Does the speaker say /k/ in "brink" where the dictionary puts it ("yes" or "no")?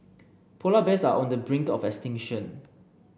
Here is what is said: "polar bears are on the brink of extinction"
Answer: yes